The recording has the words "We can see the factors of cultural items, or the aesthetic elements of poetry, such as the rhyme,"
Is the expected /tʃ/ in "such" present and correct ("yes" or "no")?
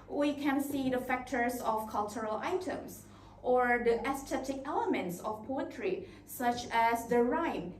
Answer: yes